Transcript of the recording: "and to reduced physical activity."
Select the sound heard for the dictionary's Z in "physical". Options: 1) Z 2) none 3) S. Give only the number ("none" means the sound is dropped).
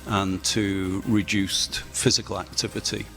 1